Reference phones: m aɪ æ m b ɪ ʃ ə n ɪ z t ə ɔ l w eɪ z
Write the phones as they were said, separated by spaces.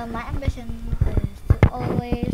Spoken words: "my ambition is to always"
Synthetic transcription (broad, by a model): m aɪ æ m b ɪ ʃ ə n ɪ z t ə ɔ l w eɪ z